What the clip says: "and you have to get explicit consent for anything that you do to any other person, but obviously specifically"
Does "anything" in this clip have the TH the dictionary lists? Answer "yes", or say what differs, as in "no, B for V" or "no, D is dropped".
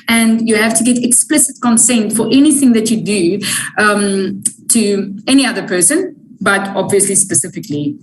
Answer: yes